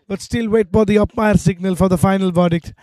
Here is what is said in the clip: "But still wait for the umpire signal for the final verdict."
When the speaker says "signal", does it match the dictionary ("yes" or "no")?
yes